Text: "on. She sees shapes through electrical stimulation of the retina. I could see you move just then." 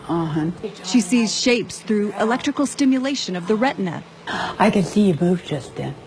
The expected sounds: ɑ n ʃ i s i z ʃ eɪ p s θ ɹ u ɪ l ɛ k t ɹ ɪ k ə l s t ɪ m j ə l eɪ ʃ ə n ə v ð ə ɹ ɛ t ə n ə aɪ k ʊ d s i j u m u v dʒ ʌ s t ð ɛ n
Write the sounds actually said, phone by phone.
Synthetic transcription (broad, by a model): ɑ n ʃ i s i z ʃ eɪ p s θ ɹ u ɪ l ɛ k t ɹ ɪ k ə l s t ɪ m j ə l eɪ ʃ ə n ə v ð ə ɹ ɛ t n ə aɪ k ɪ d s i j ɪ m u v dʒ ʌ s t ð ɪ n